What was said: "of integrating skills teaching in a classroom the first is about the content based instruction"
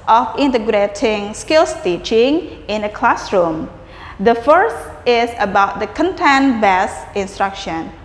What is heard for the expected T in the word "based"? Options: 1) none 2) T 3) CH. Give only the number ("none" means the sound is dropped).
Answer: 1